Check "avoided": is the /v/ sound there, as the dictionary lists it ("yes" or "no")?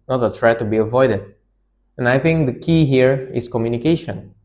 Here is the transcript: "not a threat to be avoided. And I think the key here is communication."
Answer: yes